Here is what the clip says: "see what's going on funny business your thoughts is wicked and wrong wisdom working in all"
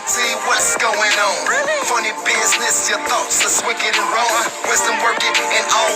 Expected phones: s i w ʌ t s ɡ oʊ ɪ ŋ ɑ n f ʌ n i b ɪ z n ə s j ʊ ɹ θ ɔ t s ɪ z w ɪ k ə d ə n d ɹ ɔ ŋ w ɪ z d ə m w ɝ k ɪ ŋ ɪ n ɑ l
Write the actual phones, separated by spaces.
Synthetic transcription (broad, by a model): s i w ʌ t s ɡ oʊ ɪ ŋ ɑ n f ʌ n i b ɪ z n ə s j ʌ ɹ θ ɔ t s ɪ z w ɪ k ə d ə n ɹ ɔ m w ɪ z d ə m w ɝ k ɪ ŋ ɪ n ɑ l